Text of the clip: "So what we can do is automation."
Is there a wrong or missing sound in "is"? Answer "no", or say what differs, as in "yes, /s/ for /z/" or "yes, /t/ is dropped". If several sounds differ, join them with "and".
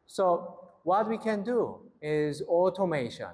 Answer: no